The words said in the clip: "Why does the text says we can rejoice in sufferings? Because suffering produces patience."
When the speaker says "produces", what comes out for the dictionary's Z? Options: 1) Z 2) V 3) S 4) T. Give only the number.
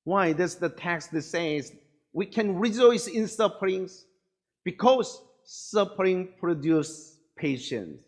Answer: 3